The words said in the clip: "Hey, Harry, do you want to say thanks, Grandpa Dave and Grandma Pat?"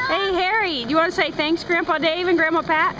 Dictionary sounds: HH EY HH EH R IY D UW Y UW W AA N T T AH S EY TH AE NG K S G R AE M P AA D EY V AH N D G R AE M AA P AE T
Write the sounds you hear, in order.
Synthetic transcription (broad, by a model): HH EY HH EH R IY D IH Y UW W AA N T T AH S EY TH AE NG K S G R AE M P AA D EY V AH N G R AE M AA P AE T